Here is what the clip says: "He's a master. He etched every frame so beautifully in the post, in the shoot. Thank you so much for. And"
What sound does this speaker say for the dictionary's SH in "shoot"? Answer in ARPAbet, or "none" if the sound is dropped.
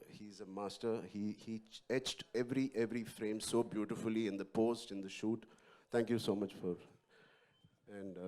SH